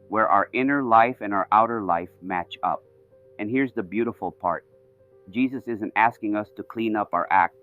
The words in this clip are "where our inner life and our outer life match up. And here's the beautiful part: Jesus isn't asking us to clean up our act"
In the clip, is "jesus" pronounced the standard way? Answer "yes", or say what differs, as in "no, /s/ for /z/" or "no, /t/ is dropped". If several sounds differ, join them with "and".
yes